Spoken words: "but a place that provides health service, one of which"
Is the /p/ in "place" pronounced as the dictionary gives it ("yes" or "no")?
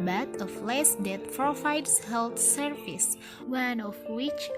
no